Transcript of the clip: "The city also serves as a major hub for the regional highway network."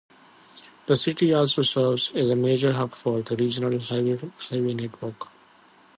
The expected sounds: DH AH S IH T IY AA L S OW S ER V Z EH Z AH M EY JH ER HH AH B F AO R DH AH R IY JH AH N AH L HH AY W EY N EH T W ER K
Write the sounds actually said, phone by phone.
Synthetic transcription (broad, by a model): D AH S IH T IY AA L S OW S ER V Z EH Z AH M EY JH ER HH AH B F AO R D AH R IY JH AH N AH L HH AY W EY N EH T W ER K